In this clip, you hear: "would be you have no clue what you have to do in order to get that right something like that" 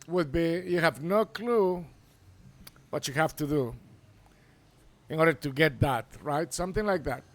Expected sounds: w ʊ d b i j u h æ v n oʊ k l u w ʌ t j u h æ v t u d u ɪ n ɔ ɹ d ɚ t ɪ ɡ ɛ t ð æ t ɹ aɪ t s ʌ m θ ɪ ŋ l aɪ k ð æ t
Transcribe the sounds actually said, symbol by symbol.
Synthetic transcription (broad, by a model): w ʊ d b i j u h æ v n oʊ k l u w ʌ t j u h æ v t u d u ɪ n ɔ ɹ d ɚ t ɪ ɡ ɛ t ð æ t ɹ aɪ t s ʌ m θ ɪ ŋ l aɪ k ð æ t